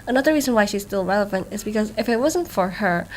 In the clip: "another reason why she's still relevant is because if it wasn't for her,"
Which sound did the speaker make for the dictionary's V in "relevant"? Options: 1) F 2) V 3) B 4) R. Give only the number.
2